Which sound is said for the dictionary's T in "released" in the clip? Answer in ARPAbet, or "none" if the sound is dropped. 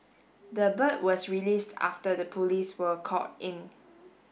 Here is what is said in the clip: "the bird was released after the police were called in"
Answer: T